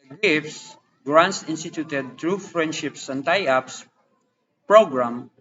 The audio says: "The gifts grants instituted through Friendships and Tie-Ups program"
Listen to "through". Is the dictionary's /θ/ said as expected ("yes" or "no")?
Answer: no